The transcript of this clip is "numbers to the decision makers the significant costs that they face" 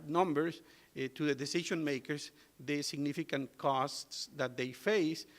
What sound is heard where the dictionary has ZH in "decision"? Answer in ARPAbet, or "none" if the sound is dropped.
SH